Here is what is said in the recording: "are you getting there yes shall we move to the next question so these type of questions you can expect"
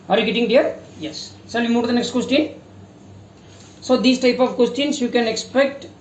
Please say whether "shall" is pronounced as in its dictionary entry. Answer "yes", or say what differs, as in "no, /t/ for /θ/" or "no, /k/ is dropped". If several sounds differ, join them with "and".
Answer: no, /s/ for /ʃ/